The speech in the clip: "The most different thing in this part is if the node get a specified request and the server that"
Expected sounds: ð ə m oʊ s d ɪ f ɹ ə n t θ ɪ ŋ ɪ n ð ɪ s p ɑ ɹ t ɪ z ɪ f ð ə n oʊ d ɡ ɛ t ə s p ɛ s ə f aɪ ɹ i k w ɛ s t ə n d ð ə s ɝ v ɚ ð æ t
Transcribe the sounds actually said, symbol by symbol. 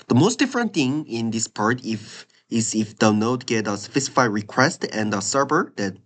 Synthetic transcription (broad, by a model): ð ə m oʊ s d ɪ f ɹ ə n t θ ɪ ŋ ɪ n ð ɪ s p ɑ ɹ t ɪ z ɪ f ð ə n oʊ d ɡ ɛ t ə s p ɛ s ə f aɪ ɹ i k w ɛ s t ə n d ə s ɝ b ɚ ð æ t